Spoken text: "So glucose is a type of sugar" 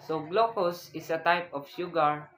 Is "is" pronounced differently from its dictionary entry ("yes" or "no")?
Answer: yes